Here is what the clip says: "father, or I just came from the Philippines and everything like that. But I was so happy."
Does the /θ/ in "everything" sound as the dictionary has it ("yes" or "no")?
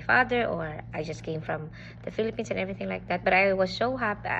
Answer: yes